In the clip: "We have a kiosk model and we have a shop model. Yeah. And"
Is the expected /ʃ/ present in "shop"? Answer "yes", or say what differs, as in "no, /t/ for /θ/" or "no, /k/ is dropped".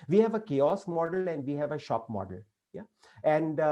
yes